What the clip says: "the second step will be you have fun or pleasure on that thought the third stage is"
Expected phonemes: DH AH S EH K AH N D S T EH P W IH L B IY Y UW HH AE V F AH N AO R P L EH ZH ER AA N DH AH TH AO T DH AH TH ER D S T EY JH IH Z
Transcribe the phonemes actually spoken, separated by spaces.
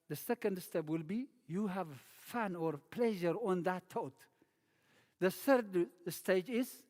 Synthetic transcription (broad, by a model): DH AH S EH K AH N D S T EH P W IH L B IY Y UW HH AE V F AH N AO R P L EH ZH ER AA N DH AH T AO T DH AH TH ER D S T EY JH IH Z